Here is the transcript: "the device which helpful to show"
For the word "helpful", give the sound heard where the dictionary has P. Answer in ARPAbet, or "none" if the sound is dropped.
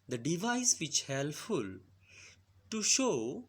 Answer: none